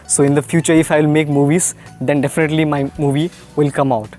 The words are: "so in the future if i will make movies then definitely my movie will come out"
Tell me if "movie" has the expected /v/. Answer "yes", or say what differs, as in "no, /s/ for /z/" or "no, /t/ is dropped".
yes